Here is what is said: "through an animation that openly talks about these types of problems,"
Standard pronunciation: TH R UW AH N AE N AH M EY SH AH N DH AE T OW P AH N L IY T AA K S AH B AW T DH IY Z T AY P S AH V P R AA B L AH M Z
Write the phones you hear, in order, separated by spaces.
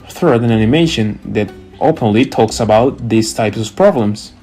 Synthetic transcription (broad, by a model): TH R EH AH N AE N AH M EY SH AH N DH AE T OW P AH N L IY T AA K S AH B AW T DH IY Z T AY P S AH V P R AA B L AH M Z